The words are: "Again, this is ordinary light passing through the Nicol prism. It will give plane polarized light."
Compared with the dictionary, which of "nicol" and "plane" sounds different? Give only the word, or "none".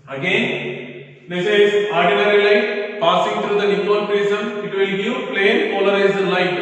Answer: nicol